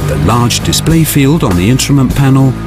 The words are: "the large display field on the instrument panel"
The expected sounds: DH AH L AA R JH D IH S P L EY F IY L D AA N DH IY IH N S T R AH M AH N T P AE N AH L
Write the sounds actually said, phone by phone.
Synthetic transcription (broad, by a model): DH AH L AA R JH D IH S P L EY F IY L D N DH IY IH N S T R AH M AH N P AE N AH L